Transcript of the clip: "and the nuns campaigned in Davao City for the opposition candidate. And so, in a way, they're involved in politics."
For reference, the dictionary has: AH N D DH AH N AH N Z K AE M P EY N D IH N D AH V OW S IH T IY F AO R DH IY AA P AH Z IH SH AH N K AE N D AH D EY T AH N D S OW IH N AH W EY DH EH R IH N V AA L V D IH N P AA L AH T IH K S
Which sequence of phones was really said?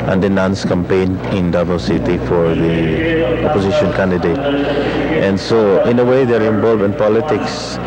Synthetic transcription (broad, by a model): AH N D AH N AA N S K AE M P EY N IH N D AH B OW S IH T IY F AO R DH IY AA P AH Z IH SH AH N K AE N D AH D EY T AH N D S OW IH N AH W EY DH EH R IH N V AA L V IH N P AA L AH T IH K S